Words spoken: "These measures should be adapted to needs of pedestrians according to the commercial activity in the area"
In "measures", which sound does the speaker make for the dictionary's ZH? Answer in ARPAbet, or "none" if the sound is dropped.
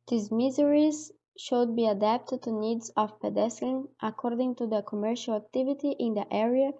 Z